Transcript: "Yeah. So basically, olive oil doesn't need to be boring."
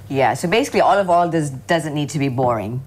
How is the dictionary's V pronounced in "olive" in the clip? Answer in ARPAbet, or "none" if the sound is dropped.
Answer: V